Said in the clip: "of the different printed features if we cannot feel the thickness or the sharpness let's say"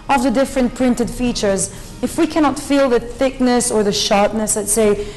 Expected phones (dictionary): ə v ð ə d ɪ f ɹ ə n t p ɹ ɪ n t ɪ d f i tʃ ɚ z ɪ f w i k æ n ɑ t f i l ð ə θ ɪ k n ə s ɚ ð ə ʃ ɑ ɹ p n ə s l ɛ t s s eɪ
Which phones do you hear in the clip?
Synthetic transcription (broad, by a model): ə v ð ə d ɪ f ɹ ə n p ɹ ɪ n t ɪ d f i tʃ ɚ z ɪ f w i k æ n ɑ t f i l ð ə θ ɪ k n ə s ɚ ð ə ʃ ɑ ɹ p n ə s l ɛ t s s eɪ